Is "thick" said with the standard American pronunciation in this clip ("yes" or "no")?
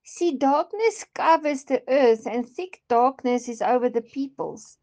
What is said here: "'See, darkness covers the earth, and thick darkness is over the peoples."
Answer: yes